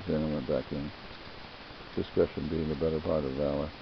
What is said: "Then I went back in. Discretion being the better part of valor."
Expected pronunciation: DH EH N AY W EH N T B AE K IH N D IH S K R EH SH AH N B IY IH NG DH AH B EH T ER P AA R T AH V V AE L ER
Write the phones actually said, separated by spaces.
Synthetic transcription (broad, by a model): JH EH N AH W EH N B AE K IH N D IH S K AH SH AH N B IY IH NG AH B EH T ER P AA R T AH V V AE L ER